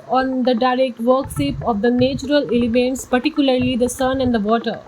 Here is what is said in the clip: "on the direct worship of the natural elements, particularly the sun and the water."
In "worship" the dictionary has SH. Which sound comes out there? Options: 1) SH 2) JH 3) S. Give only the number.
3